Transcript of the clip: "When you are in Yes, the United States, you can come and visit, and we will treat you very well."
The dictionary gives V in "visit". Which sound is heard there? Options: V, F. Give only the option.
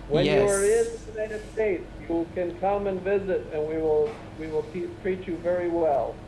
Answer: V